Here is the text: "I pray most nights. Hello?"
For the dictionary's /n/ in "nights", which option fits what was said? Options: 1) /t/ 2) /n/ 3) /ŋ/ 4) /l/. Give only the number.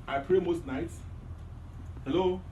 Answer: 2